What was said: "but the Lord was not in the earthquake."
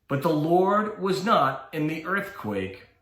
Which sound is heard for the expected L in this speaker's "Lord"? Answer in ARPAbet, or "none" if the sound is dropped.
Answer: L